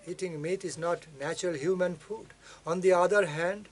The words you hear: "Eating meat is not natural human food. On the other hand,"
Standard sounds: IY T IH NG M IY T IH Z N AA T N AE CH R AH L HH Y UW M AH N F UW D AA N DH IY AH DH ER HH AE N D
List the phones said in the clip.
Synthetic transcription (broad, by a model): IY T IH NG M IY T IH Z N AA T N AE CH R AH L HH Y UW M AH N F UW D AA N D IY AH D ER HH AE N D